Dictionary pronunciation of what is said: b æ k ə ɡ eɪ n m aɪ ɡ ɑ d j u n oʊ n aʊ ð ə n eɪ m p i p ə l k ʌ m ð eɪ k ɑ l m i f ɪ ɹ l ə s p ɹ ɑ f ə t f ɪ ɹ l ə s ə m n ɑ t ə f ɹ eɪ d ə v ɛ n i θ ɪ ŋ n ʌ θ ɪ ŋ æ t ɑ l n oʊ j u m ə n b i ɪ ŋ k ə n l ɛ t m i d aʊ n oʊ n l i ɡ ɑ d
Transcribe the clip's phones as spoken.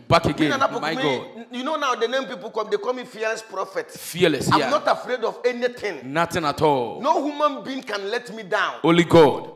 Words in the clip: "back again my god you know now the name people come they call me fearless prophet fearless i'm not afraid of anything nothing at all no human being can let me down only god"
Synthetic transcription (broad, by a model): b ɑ k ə ɡ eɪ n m aɪ ɡ ɑ d j u n oʊ n aʊ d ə n eɪ m p i p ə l k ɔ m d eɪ k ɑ m i f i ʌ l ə s p ɹ ɑ f ə t f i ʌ l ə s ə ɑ n ɑ t ə f ɹ eɪ d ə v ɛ n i t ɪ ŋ n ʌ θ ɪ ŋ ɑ t ɑ l n oʊ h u m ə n b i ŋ k ə n l ɛ t m i d aʊ n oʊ l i ɡ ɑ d